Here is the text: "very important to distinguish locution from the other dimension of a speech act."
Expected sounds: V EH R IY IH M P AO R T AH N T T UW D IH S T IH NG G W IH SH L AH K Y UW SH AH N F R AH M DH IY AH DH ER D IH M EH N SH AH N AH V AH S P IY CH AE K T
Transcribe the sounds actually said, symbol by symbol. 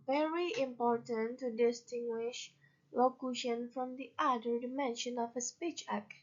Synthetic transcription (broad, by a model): V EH R IY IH M P AO R T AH N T T UW D IH S T IH NG G W IH SH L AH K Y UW SH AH N F R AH M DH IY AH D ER D IH M EH N SH AH N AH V AH S P IY CH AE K